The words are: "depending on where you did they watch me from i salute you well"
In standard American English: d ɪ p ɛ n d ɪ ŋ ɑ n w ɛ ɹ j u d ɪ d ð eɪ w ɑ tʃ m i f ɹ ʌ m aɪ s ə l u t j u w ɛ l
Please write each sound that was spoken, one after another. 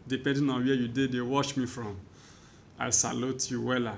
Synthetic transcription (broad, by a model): d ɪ p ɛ n d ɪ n ɑ n w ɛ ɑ j u d ɪ d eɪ w ɑ ʃ m i f ɹ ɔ m aɪ s ə l u t j u w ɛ l